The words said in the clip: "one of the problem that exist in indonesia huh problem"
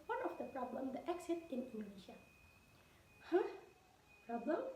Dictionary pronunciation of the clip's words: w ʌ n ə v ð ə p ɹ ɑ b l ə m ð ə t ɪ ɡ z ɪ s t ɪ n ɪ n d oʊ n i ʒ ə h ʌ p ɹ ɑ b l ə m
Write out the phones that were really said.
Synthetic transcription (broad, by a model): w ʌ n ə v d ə p ɹ ɑ b l ə m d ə t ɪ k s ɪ t ɪ n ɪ n d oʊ n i ʃ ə h ʌ p ɹ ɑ b l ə m